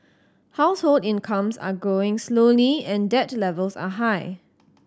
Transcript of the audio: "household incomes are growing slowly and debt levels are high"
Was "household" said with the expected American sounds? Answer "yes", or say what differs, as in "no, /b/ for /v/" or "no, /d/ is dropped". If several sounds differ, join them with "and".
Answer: yes